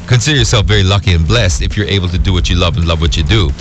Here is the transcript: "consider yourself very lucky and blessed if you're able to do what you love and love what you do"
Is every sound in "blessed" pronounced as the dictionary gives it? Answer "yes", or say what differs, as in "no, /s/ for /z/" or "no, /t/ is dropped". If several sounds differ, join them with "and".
yes